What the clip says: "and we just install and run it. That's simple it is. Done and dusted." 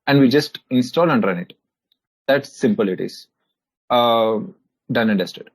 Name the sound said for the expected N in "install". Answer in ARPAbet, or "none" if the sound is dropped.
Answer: N